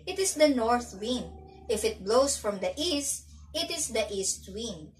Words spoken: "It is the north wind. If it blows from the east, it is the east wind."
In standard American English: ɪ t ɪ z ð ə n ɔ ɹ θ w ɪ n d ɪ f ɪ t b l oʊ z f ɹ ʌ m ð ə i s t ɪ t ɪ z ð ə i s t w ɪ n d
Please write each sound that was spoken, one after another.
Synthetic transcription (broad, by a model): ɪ t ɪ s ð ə n ɔ ɹ θ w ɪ n d ɪ f ɪ t b l oʊ s f ɹ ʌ m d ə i s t ɪ t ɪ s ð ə i s t w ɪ n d